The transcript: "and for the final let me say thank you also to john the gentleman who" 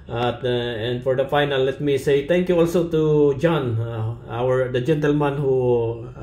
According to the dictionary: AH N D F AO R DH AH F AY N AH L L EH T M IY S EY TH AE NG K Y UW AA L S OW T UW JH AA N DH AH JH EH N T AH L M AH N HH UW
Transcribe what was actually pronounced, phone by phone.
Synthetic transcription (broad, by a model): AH N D F AO R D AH F AY N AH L L EH T M IY S EY T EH NG K Y UW AA L S OW T UW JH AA N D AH JH EH N T AH L M AH N HH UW